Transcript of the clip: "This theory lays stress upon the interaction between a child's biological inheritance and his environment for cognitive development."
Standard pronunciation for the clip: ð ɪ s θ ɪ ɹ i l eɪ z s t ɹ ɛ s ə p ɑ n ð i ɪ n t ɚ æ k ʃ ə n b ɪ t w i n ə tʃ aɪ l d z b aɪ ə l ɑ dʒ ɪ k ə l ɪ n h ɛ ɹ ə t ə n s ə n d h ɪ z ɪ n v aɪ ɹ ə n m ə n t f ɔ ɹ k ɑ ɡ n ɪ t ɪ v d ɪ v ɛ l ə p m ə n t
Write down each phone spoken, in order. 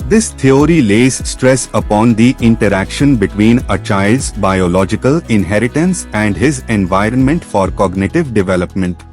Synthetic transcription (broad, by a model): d ɪ s t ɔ ɹ i l eɪ z s t ɹ ɛ s ə p ɑ n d i ɪ n t ɚ æ k ʃ ə n b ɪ t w i n ə tʃ aɪ l d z b aɪ ə l ɑ dʒ ɪ k ə l ɪ n h ɛ ɹ ə t ə n s ə n d h ɪ z ɪ n v aɪ ɹ ə n m ə n t f ɔ ɹ k ɑ ɡ n ɪ t ɪ v d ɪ v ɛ l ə p m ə n t